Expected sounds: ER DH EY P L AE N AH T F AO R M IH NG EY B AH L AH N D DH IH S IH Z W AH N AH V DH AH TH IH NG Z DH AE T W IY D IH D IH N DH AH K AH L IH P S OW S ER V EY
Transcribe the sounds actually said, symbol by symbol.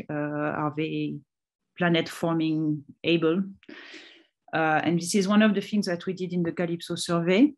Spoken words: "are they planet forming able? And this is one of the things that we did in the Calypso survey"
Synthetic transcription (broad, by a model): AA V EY P L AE N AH T F AO R M IH NG EY B AH L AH N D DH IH S IH Z W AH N AH V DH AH TH IH NG Z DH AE T W IY D IH D IH N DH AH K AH L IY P S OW S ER V EY